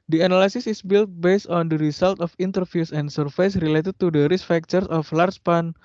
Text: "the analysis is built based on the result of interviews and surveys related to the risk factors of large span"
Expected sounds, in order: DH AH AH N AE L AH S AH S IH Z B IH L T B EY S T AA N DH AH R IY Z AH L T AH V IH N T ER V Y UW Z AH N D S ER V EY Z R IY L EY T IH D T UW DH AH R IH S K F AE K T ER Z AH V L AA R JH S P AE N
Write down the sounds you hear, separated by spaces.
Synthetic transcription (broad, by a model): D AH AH N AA L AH S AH S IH S B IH L T B EY S T AA N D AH R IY S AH L T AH F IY N T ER F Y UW S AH N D S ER F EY S R IY L EY T IH D T UW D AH R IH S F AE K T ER S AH F L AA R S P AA N